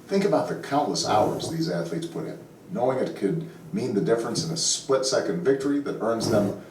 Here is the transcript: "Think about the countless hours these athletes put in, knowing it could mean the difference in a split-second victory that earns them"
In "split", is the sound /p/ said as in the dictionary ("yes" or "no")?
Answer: yes